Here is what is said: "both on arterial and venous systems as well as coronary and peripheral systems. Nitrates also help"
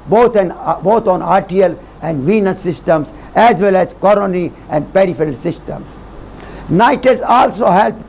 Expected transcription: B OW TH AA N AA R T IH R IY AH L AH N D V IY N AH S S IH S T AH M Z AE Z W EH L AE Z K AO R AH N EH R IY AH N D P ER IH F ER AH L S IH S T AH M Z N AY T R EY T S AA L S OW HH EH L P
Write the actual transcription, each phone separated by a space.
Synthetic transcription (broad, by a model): B OW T AA N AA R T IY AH L AH N D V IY N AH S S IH S T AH M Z AE Z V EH L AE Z K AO R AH N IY AH N D P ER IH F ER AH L S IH S T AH M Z N AY T EY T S AA L S OW HH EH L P